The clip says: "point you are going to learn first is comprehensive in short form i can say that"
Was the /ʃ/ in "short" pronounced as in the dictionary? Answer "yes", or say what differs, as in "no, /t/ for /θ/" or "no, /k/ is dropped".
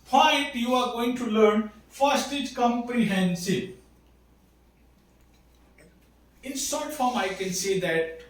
no, /s/ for /ʃ/